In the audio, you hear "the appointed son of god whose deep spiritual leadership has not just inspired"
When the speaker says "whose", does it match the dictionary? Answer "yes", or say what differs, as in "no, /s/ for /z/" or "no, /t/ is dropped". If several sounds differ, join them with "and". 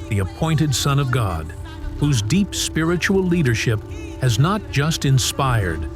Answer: yes